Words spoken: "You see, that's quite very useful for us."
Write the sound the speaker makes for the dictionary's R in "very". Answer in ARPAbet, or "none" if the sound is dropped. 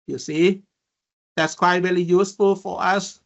L